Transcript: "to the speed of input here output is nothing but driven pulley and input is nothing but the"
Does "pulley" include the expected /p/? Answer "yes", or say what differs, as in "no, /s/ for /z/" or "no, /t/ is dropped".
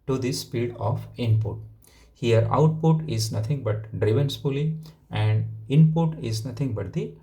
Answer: no, /f/ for /p/